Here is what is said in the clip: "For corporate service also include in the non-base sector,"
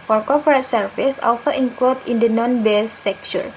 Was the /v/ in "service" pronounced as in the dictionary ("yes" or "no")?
no